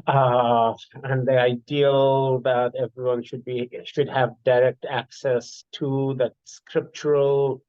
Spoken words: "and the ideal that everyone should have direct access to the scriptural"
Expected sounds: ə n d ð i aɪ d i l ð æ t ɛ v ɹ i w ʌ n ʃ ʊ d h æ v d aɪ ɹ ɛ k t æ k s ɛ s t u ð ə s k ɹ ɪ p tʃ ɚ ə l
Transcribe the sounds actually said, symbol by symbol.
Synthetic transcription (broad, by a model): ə n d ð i aɪ d i l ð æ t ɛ v ɹ i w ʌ n ʃ ʊ d h æ v d aɪ ɹ ɛ k t æ k s ɛ s t u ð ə s k ɹ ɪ p tʃ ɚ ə l